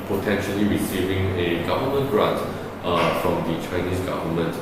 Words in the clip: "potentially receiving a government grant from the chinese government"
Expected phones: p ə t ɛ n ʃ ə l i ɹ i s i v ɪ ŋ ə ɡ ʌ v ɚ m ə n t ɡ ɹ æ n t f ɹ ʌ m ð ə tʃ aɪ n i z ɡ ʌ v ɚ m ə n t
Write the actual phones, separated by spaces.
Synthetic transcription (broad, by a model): p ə t ɛ n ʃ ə l i ɹ i s i v ɪ ŋ ə ɡ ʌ v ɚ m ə n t ɹ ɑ t f ɹ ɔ m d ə tʃ aɪ n i s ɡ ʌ v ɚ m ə n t